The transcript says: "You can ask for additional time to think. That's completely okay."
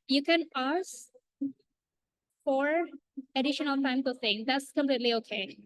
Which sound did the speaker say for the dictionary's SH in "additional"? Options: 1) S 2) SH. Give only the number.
2